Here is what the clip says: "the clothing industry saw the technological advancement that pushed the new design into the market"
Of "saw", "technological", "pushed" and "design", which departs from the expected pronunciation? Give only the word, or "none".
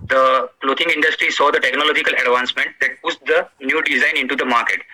pushed